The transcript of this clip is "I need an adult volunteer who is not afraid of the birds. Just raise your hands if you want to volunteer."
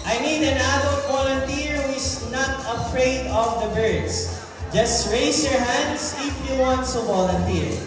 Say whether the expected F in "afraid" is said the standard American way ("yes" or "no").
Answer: yes